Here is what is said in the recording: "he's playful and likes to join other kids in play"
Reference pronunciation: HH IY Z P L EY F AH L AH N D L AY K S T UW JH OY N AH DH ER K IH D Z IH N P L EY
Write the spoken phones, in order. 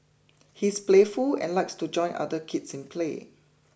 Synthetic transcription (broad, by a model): HH IY S P L EY F AH L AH N L AY K S T UW JH OY N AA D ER K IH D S IH N P L EY